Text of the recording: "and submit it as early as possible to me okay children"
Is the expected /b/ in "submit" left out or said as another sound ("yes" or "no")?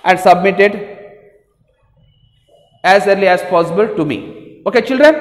no